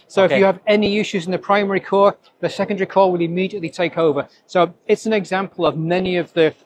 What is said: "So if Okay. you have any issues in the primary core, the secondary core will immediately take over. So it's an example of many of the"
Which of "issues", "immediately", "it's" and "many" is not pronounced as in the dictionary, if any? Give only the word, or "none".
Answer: none